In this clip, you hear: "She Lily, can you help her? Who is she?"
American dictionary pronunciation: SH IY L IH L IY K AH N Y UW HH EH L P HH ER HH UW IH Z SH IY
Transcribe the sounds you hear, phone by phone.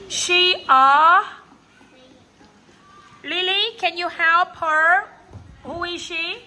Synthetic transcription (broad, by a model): SH IY L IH L IY K AH N Y UW HH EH P HH ER HH UW IH Z SH IY